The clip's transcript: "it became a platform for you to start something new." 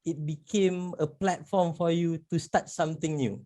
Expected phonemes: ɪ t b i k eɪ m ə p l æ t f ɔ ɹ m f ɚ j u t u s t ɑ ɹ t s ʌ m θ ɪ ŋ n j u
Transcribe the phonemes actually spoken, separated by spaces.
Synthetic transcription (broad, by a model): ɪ t b i k eɪ m ə p l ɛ t f ɔ m f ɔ j u t u s t ɑ t s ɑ m t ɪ ŋ n j u